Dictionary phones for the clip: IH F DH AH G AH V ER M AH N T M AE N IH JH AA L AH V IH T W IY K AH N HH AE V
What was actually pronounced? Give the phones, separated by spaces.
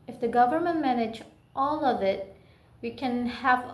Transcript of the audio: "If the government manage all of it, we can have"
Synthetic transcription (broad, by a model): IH F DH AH G AH V ER M AH N T M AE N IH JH AA L AH V IH T W IY K AH N HH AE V